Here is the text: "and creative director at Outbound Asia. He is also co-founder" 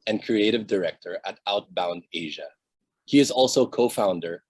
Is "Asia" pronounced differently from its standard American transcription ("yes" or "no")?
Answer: no